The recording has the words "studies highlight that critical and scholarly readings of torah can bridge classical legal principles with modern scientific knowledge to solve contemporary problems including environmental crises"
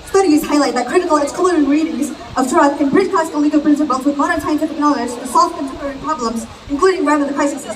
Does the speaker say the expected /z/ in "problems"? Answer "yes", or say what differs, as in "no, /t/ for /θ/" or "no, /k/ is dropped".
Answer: yes